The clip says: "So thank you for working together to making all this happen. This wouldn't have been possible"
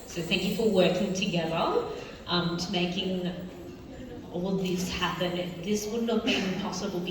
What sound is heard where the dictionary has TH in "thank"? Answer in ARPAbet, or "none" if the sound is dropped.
TH